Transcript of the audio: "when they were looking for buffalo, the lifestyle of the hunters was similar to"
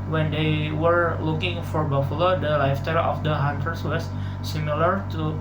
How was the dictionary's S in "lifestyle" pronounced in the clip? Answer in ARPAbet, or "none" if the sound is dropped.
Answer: none